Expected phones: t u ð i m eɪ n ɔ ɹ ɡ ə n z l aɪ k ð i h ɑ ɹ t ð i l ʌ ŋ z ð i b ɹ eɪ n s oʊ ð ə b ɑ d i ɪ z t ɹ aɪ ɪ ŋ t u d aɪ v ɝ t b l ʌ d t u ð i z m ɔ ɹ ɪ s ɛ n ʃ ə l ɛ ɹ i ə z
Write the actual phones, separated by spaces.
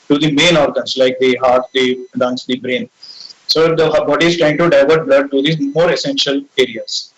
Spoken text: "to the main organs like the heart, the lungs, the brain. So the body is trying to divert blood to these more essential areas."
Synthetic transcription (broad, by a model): t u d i m eɪ n ɔ ɹ ɡ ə n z l aɪ k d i h ɑ ɹ t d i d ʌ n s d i b ɹ eɪ n s oʊ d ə b ɑ d i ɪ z t ɹ aɪ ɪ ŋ t u d aɪ v ɝ t b l ʌ d t u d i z m ɔ ɹ ɪ s ɛ n ʃ ə l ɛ ɹ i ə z